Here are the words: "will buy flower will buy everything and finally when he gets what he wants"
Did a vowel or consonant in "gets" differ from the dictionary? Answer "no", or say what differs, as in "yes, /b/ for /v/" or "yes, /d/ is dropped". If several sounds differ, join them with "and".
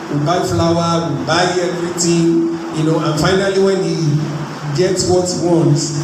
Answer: no